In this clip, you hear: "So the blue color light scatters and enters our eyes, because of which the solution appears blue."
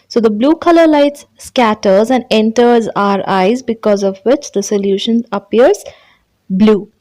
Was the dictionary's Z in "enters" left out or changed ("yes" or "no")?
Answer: no